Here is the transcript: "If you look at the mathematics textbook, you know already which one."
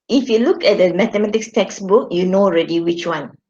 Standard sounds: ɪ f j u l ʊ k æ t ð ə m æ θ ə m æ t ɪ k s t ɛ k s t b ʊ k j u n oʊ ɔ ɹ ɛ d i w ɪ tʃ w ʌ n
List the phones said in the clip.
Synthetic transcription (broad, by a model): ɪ f j u l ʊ k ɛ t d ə m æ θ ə m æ t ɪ k s t ɛ k s b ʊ k j u n oʊ ɔ ɹ ɛ d i w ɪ tʃ w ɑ n